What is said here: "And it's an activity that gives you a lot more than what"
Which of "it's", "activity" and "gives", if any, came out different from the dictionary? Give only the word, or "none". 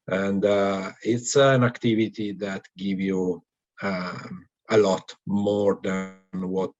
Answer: gives